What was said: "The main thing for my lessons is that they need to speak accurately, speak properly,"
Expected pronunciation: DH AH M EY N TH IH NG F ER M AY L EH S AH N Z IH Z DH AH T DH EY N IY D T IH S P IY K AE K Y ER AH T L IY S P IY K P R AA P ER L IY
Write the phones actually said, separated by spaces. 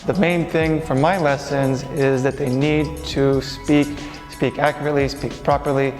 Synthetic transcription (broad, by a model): DH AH M EY N TH IH NG F ER M AY L EH S AH N Z IH Z DH AH T DH EY N IY D T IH S P IY K AE K Y ER AH T L IY S P IY K P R AA P ER L IY